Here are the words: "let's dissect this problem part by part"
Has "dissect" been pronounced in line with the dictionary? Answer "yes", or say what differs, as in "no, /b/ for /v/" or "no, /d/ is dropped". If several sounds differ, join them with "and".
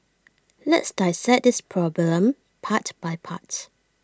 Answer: no, /k/ is dropped